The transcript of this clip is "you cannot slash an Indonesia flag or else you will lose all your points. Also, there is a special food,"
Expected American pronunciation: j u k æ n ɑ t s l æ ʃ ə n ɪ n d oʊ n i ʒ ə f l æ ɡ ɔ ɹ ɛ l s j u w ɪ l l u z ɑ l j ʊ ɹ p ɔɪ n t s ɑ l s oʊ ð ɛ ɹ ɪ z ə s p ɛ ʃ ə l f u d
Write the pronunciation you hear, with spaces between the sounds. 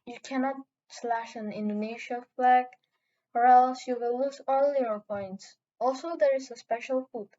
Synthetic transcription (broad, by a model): j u k æ n ɑ t s l æ ʃ ə n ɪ n d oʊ n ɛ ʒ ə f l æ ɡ ɔ ɹ ɛ l s j u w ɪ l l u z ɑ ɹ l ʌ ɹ p ɔɪ n t s ɑ l s oʊ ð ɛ ɹ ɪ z ə s p ɛ ʃ ə l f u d